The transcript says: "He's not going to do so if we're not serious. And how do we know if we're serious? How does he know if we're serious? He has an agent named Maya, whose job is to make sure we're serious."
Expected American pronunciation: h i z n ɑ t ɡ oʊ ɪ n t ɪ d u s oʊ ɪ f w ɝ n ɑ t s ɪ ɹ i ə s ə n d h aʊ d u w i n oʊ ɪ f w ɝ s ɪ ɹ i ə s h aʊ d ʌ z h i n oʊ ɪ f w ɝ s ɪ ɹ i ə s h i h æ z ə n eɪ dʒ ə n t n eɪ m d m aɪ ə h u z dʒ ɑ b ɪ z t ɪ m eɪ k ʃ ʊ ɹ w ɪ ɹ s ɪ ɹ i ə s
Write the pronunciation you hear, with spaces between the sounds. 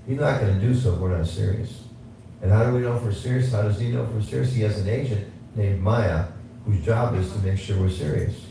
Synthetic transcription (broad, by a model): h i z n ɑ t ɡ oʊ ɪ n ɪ d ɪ s oʊ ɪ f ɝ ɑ s ɪ ɹ i ə s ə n h aʊ d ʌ w i n oʊ ɪ f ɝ s ɪ ɹ i ə s h aʊ d ʌ z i n oʊ ɪ f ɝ s ɪ ɹ i ə s h i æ z ə n eɪ ʃ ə n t n eɪ m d m aɪ ə h u z dʒ ɑ b ɪ z t ɪ m eɪ k ʃ ʊ ɹ w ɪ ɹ s ɪ ɹ i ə s